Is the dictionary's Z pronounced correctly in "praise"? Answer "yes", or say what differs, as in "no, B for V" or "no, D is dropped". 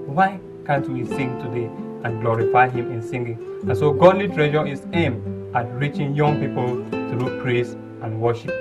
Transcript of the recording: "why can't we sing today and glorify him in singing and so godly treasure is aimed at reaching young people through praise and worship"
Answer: no, S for Z